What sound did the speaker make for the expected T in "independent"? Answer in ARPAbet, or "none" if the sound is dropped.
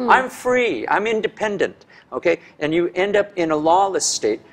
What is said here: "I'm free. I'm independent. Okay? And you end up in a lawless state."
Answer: T